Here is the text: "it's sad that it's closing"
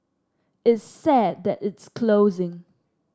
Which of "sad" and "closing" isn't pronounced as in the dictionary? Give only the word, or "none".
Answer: none